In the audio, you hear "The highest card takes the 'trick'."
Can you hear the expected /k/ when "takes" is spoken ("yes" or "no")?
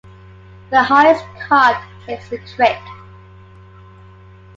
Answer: no